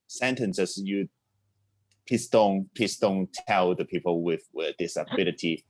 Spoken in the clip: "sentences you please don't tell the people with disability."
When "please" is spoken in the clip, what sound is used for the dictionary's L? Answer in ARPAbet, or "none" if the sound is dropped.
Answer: none